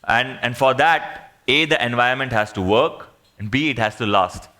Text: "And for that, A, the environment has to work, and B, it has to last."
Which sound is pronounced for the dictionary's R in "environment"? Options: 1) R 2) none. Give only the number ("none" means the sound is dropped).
2